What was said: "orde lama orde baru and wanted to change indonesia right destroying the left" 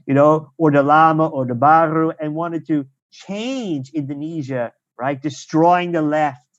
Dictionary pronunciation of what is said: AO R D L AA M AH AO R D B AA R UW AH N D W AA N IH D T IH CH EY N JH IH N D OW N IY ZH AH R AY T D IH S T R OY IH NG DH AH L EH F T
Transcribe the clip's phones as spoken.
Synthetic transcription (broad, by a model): AO R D L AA M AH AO R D B AA R UW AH N W AA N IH D T IH CH EY N JH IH N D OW N IY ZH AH R AY T D IH S T R OY IH NG DH AH L EH F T